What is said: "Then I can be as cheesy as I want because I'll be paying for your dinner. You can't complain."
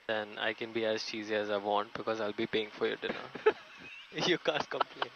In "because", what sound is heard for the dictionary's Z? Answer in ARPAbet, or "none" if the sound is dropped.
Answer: Z